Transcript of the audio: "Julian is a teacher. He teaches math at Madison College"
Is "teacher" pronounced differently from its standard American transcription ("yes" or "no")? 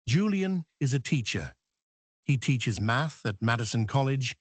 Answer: no